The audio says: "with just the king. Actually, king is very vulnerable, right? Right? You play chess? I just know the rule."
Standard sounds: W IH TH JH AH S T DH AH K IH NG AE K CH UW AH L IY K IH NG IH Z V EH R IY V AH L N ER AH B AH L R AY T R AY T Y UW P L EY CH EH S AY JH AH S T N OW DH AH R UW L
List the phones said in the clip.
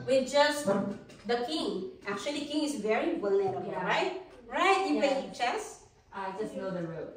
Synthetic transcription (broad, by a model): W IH JH AH S T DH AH K IH NG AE K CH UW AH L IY K IH NG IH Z V EH R IY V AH L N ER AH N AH R AY T R AY T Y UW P EY CH EH S AY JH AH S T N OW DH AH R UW